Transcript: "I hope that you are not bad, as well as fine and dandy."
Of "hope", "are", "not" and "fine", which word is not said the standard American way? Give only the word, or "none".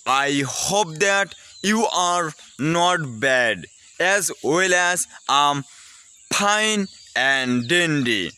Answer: fine